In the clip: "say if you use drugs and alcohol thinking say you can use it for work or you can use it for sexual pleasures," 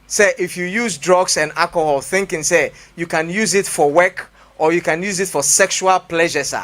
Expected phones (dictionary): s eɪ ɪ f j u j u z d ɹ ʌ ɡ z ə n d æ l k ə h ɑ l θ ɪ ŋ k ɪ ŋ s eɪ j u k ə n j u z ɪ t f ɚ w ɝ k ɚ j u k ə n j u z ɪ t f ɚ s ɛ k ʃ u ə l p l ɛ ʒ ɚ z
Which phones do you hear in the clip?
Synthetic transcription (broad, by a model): s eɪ ɪ f j u j u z d ɹ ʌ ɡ s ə n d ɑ k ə h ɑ l θ ɪ ŋ k ɪ ŋ s eɪ j u k ə n j u z ɪ t f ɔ w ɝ k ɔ j u k ə n j u z ɪ t f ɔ s ɛ k ʃ u ə l p l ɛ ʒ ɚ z